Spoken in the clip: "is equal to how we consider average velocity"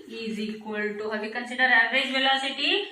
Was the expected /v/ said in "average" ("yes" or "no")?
no